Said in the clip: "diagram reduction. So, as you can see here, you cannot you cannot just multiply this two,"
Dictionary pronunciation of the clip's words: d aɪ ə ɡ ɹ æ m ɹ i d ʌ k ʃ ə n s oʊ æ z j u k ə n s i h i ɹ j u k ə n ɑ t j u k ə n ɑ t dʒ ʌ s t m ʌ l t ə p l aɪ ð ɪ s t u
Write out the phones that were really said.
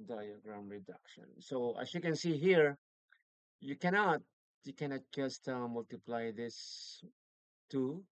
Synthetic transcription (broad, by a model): d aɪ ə ɡ ɹ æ m ɹ i d ʌ k ʃ ə n s oʊ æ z j u k ə n s i h i ɹ j u k ə n ɑ t j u k ə n ɑ t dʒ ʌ s t m ʌ l t ə p l aɪ ð ɪ s t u